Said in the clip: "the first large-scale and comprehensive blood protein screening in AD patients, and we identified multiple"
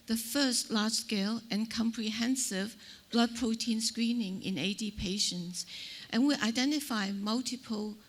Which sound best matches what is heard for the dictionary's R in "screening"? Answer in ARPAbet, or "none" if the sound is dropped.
R